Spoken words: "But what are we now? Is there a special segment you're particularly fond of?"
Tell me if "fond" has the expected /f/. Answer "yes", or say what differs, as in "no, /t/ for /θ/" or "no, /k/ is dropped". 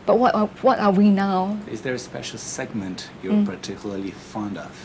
yes